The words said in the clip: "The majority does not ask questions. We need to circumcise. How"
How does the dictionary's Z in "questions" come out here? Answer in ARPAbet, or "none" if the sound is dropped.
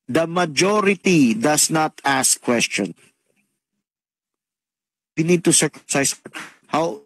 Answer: none